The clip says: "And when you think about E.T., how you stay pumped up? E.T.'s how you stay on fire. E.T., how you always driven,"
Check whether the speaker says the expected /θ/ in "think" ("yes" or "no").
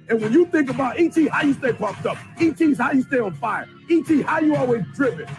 yes